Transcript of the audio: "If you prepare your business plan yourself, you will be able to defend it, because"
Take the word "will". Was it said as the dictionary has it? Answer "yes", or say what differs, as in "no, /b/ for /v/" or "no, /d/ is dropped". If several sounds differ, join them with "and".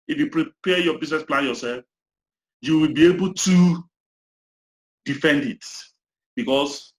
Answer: yes